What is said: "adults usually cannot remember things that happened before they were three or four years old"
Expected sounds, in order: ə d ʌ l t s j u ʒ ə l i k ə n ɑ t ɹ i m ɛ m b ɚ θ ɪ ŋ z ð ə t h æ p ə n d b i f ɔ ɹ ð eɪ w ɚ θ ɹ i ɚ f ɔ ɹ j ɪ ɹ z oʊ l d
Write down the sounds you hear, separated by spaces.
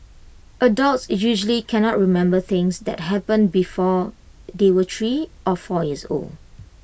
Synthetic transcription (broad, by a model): ə d ʌ l t s j u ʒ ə l i k ə n ɑ t ɹ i m ɛ m b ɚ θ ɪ ŋ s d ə t h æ p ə n b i f ɔ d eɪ w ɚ t ɹ i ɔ f ɔ j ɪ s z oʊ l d